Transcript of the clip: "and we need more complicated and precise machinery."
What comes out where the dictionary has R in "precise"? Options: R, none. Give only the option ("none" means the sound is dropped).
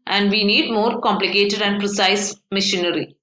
R